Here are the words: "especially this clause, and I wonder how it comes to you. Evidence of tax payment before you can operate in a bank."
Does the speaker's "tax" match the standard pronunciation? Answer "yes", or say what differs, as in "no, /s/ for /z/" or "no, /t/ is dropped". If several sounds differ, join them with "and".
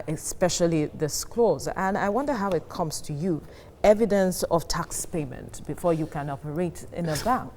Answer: yes